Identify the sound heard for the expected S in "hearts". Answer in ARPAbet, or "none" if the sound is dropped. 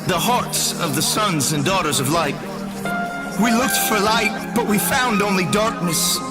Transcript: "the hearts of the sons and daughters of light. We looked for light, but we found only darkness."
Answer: S